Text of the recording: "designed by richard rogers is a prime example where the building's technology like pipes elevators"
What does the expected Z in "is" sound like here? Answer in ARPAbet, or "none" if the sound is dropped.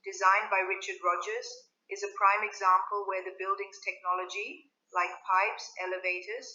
Z